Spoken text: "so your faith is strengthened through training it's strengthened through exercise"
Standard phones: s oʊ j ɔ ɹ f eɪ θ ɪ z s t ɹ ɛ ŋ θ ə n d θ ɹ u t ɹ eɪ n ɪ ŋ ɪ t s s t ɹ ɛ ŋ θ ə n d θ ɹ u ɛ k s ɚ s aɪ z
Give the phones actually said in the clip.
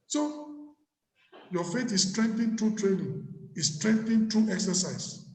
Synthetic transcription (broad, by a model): s oʊ j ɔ f eɪ t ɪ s s t ɹ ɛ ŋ t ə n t ɹ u t ɹ eɪ n ɪ ŋ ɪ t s s t ɹ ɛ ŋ t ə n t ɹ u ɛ k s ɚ s aɪ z